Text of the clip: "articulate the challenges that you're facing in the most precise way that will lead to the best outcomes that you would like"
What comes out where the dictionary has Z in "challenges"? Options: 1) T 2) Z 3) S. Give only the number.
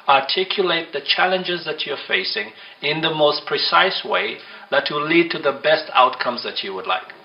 2